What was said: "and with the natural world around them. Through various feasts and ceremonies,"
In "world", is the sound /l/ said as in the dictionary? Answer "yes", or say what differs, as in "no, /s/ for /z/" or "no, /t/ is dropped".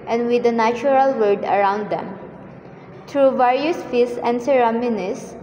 no, /l/ is dropped